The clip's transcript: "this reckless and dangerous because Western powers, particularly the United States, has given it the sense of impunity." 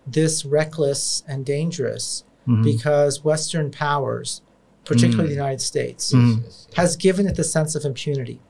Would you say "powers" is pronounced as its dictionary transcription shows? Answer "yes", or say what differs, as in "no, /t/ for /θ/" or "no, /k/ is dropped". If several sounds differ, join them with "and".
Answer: yes